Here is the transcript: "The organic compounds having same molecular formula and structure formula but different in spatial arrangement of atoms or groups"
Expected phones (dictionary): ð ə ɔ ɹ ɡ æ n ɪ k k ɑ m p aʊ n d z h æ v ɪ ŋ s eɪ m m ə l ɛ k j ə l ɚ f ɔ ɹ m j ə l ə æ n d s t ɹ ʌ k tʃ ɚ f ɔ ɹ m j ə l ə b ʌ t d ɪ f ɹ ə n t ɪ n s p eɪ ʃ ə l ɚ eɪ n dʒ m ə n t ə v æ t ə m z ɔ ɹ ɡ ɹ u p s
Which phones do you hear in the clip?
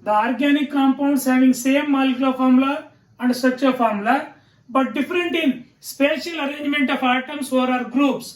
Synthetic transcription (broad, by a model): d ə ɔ ɹ ɡ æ n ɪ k k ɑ m p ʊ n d s h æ v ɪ ŋ s eɪ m m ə l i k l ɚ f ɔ ɹ m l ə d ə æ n d s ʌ tʃ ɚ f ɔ ɹ m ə l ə b ʌ t d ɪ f ɹ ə n t ɪ n s p eɪ ʃ ə l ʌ eɪ n dʒ m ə n t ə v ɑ t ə m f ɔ ɹ ɡ ɹ u p s